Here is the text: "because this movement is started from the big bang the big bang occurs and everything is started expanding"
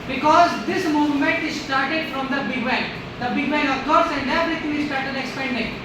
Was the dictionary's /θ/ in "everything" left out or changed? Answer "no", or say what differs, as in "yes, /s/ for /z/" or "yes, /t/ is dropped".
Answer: yes, /t/ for /θ/